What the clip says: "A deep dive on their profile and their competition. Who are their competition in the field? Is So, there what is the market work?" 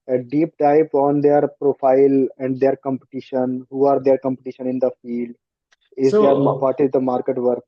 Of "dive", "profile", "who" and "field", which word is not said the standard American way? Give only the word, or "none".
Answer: dive